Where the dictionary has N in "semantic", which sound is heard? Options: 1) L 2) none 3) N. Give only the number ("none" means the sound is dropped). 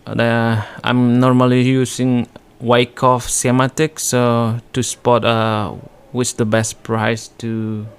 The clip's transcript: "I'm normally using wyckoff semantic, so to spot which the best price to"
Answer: 2